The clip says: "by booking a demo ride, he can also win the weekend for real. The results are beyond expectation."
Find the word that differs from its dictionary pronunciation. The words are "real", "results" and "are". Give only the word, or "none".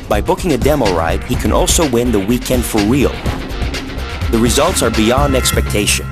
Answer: none